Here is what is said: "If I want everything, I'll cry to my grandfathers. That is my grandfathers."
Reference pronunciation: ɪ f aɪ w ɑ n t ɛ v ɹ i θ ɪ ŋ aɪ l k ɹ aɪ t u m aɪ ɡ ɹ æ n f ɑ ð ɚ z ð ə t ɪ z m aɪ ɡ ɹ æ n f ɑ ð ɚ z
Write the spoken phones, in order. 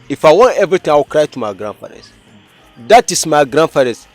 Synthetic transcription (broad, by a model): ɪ f aɪ w ɑ n t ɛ v ɹ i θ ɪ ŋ aɪ w k ɹ aɪ t u m aɪ ɡ ɹ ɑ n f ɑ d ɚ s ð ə t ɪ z m aɪ ɡ ɹ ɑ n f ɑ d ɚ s